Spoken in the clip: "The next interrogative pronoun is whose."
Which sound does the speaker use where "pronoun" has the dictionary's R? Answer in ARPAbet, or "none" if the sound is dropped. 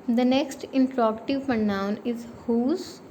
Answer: none